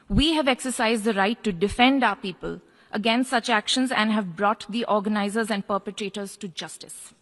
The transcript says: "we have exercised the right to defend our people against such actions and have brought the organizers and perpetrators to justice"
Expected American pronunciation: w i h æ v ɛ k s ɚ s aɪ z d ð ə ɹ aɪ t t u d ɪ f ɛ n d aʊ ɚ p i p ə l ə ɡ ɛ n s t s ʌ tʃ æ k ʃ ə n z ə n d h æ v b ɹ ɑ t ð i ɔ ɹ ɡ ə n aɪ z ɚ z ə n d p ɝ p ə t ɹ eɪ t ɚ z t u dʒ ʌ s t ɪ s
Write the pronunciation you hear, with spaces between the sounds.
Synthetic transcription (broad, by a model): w i h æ v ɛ k s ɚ s aɪ z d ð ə ɹ aɪ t t u d ɪ f ɛ n d aʊ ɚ p i p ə l ə ɡ ɛ n s t s ʌ tʃ æ k ʃ ə n z ə n d h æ v b ɹ ɑ t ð i ɔ ɹ ɡ ə n aɪ z ɚ z ə n d p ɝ p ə t ɹ eɪ t ɚ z t u dʒ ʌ s t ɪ s